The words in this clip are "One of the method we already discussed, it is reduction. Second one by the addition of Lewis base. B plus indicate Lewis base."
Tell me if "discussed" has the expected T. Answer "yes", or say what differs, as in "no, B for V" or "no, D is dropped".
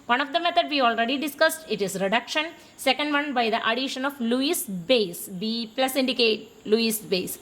yes